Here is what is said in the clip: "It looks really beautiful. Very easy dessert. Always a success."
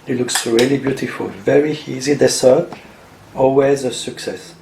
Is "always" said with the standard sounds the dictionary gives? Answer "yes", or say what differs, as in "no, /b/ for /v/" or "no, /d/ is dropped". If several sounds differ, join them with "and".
yes